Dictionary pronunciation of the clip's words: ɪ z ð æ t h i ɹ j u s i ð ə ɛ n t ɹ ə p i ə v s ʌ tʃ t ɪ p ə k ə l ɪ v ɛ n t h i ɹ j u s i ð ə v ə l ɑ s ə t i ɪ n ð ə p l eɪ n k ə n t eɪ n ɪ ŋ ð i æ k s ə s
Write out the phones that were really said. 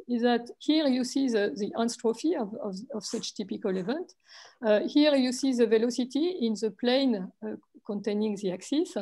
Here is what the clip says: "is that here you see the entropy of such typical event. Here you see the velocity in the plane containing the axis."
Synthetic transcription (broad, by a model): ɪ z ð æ t h i ɹ j u s i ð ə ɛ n t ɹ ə f i ə v s ʌ tʃ t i p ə k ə l ɪ v ɛ n t h i ɹ j u s i ð ə v ə l ɑ s ə t i ɪ n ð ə p l eɪ n k ə n t eɪ n ɪ ŋ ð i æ k s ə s